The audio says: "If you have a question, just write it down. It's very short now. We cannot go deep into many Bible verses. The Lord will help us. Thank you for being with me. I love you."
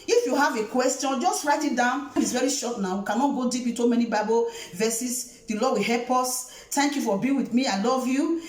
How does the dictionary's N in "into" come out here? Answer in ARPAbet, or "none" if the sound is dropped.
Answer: none